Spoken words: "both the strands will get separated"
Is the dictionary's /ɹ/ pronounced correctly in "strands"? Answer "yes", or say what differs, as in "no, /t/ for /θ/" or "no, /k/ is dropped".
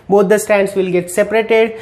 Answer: no, /ɹ/ is dropped